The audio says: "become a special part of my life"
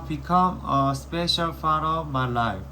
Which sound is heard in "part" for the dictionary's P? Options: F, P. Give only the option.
F